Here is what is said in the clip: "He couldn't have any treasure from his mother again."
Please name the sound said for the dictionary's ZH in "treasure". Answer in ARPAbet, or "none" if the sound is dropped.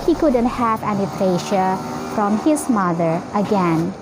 SH